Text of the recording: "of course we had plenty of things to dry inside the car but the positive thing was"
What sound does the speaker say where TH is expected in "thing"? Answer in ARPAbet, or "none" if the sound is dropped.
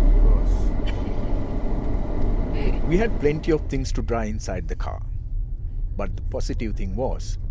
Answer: T